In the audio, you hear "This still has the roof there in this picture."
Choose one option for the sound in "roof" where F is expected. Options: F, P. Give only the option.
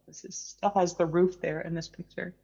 F